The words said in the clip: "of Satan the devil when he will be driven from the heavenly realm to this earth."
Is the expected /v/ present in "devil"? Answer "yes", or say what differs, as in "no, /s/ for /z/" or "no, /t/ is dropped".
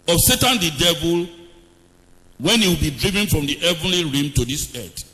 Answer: yes